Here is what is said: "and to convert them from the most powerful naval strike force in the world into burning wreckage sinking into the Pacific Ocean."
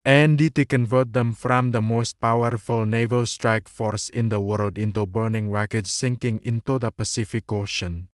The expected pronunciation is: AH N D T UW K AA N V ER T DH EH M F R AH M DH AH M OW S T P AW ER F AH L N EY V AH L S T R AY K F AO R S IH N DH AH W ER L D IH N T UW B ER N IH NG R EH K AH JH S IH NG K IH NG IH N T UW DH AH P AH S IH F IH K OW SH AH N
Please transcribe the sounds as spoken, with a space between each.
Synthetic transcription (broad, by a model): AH N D T UW K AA N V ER T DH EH M F R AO M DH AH M OW S T P AW ER F AH L N EY V AH L S T R AY K F AO R S IH N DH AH W ER L D IH N T UW B ER N IH NG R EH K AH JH S IH NG K IH NG IH N T UW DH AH P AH S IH F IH K OW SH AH N